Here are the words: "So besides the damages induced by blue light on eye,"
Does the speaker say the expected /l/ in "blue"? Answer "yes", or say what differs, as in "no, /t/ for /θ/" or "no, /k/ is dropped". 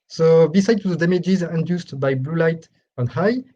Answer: yes